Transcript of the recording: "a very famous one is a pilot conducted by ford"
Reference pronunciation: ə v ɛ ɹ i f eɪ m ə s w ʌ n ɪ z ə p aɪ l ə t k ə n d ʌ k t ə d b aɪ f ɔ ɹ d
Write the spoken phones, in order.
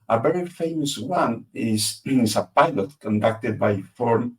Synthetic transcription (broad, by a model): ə v ɛ ɹ i f eɪ m ə s w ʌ n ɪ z ə p aɪ l ə t k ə n d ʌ k t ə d b aɪ f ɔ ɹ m